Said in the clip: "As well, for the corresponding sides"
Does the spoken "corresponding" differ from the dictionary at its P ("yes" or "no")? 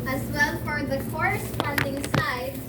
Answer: yes